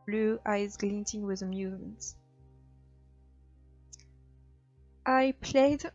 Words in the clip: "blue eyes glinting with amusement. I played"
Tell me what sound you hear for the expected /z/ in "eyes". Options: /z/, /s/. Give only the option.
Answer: /z/